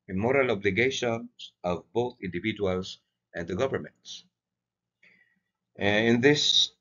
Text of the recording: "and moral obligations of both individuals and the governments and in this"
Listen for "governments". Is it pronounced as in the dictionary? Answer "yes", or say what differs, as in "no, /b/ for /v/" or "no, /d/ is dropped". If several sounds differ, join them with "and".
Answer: yes